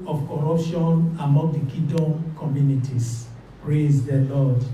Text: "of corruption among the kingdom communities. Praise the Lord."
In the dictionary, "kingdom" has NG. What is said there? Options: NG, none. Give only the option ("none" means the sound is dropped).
none